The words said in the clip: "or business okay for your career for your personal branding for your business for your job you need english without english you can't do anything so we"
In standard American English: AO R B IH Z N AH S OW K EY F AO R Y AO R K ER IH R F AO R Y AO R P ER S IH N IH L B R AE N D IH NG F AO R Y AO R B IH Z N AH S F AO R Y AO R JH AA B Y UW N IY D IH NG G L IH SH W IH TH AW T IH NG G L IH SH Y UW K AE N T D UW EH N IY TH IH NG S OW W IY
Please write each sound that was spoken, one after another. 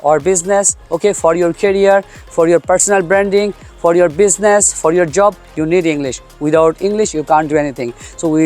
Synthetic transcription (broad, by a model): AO R B IH Z N AH S OW K EY F AO R Y AO R K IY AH R F AO R Y AO R P ER S IH N IH L B R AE N D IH NG F AO R Y AO R B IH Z N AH S F AO R Y AO R JH AA B Y UW N IY D IH NG G L IH SH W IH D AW T IH NG G L IH SH Y UW K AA N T D UW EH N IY T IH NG S OW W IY